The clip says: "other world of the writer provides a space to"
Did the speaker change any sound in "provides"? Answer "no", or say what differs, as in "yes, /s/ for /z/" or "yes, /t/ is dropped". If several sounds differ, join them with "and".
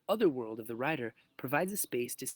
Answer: no